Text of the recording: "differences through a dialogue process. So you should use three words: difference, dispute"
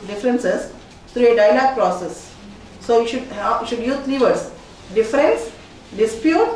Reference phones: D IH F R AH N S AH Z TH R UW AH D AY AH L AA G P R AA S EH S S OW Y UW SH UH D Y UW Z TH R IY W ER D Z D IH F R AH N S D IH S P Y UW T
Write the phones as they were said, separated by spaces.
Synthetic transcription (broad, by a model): D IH F R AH N S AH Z T R UW AH D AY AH L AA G P R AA S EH S SH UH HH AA SH UH D Y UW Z T R IY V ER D S D IH F R AH N S D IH S P Y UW T